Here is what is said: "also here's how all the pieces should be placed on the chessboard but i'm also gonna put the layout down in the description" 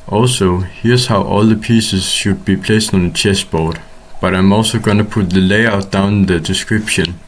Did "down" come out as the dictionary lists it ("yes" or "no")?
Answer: no